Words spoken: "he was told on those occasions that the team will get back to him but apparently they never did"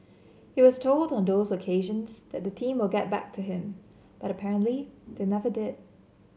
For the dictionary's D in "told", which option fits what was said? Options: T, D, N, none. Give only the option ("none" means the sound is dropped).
D